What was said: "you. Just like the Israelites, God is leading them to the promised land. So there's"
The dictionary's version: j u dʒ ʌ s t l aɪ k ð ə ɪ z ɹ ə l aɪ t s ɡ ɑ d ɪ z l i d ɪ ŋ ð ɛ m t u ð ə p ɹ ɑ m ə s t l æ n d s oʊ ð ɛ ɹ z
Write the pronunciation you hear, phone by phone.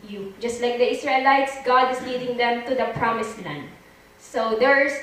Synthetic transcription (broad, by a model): j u dʒ ʌ s t l aɪ k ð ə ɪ s ɹ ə l aɪ t s ɡ ɑ d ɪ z l i d ɪ ŋ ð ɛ m t u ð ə p ɹ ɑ m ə s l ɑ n s oʊ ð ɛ ɹ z